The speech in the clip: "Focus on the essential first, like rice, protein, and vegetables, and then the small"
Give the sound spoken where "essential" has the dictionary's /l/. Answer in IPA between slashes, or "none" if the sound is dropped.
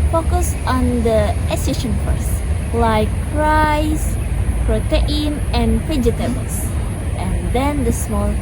/n/